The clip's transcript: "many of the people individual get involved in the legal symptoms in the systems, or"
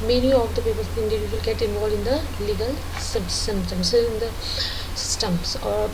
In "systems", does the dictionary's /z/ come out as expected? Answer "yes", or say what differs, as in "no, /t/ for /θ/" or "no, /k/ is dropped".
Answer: no, /s/ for /z/